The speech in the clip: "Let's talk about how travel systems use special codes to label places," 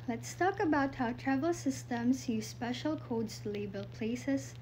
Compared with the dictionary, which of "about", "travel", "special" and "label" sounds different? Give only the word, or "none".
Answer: none